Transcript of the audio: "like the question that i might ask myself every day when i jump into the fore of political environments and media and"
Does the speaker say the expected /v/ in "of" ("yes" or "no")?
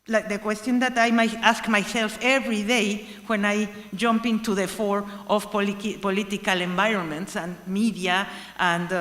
no